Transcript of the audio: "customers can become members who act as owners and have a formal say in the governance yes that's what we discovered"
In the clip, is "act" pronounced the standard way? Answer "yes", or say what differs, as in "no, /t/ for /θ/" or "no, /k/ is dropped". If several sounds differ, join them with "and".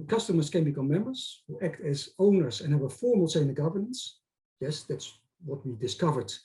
yes